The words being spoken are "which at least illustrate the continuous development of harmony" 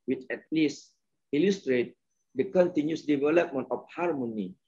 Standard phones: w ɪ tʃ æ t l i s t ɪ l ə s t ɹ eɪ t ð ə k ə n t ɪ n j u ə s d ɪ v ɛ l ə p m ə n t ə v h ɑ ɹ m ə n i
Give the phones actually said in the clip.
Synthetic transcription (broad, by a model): w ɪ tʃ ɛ t l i s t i l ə s t ɹ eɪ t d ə k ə n t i n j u s d ɪ v ɛ l ə p m ə n t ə f h ɑ ɹ m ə n i